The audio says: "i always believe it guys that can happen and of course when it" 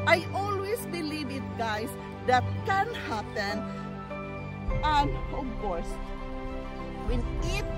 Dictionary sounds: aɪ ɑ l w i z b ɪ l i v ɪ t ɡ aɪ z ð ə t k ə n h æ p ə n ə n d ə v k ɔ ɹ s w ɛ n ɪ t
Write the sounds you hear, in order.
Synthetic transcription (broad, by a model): aɪ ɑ l w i s b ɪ l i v ɪ t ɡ aɪ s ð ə t k ə n h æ p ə n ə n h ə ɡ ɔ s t w ɛ n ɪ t